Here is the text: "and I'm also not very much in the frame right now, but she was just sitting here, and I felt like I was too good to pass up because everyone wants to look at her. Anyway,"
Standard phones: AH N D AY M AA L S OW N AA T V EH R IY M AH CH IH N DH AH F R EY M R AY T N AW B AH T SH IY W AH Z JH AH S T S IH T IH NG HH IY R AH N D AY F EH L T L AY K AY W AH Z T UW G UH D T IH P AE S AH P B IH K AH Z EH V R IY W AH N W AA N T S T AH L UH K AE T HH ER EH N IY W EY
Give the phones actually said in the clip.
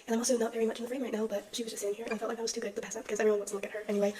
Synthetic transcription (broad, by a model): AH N AY M AA L S OW N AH T V EH R IY M AH CH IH N DH AH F R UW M R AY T N AW B AH T SH IY W AH Z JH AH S S IH T IH NG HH IY R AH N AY F EH L T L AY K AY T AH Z T UW G UH D T IH P AE S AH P B IH K AH Z EH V IY W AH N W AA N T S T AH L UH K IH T HH ER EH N IY W EY